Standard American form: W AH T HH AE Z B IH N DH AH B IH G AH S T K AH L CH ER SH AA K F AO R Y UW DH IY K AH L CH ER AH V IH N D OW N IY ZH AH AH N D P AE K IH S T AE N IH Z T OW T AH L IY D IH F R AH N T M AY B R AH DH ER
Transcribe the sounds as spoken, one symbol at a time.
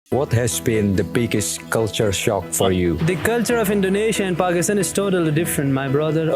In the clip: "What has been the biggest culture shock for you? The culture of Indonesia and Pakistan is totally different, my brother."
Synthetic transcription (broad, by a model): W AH T HH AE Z B IH N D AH B IH G AH S T K AH L CH ER SH AA K F AO R Y UW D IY K AH L CH ER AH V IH N D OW N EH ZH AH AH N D P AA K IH S T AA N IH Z T OW T AH L IY D IH F R AH N T M AY B R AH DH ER